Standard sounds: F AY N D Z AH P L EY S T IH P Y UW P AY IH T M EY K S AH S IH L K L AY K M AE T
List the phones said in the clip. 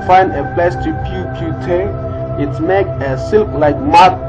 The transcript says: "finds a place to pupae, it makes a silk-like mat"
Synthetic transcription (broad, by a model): F AY N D AH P L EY S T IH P Y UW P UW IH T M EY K AH S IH L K L AY K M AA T